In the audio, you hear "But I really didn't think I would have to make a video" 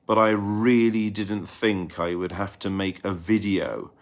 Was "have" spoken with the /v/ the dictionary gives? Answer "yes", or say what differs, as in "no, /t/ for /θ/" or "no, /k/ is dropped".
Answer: no, /f/ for /v/